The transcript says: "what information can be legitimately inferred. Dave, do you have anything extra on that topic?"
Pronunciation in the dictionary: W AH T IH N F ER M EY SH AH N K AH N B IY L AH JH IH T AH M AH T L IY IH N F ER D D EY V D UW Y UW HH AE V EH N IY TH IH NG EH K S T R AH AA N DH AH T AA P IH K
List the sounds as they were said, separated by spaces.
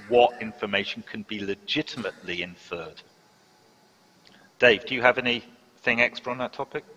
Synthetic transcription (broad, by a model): W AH T IH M F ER M EY SH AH N K AH N B IY L AH JH IH T AH M AH T L IY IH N F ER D D EY V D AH Y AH V EH N IY TH IH NG EH K S T R AH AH N DH AH T AA P IH K